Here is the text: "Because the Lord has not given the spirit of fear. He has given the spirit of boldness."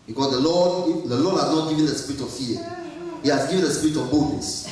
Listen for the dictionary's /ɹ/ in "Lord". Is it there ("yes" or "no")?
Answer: no